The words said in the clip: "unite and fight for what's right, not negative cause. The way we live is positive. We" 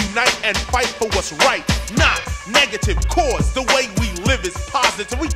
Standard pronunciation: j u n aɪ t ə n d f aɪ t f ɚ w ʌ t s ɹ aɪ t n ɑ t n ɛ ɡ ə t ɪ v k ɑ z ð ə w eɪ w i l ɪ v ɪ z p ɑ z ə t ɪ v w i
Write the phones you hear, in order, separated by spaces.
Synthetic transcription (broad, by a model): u n aɪ t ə n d f aɪ t f ɚ ʌ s ɹ aɪ t n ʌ t n ɛ ɡ ə t ɪ v k ɑ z ð ə w eɪ w i l ɪ v ɪ z p ɑ z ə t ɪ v w i